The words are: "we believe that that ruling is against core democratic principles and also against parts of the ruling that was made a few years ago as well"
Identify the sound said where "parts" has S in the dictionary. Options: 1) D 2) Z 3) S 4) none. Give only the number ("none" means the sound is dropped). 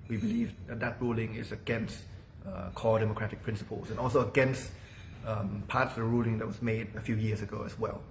4